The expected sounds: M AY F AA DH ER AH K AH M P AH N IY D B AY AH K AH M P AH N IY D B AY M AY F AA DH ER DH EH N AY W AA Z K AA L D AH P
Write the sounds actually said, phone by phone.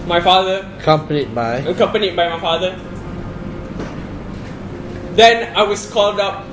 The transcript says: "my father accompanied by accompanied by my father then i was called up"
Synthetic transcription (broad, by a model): M AY F AA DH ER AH K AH M P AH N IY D B AY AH K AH M P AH N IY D B AY M AY F AA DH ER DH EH N AY W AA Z K AA L D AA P